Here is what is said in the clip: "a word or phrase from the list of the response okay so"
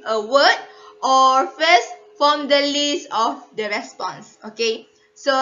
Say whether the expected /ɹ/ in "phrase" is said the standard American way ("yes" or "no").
no